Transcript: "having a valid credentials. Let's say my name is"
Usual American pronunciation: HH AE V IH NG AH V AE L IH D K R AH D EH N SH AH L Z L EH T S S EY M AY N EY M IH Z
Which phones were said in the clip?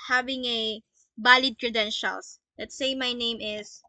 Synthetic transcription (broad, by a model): HH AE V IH NG AH B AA L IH D K R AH D EH N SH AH L S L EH T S S EY M AY N EY M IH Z